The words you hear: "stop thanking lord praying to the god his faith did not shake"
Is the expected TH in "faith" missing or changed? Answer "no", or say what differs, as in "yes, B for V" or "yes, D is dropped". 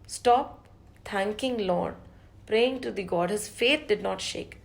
yes, T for TH